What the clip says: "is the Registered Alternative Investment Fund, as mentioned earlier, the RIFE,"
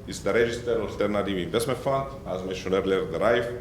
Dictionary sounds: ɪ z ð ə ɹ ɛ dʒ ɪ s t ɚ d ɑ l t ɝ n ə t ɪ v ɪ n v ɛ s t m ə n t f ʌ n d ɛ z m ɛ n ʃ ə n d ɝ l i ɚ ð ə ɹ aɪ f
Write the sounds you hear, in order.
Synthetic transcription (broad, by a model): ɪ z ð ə ɹ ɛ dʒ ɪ s t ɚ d ɑ l t ɝ n ə t ɪ v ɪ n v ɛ s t m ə n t f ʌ n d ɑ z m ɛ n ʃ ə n ɝ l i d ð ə ɹ aɪ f